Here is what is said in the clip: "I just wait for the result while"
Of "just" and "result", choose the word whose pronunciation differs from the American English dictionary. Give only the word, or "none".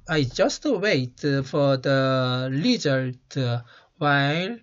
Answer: result